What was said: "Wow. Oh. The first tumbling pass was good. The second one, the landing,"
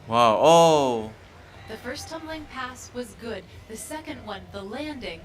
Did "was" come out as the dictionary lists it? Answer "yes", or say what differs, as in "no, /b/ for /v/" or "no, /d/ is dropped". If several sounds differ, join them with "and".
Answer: yes